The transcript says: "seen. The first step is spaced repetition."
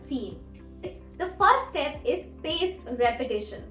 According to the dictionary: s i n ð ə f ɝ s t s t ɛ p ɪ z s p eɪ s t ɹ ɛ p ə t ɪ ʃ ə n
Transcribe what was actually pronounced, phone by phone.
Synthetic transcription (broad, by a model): s i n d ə f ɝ t s t ɛ p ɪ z s p eɪ s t ɹ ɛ p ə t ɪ ʃ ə n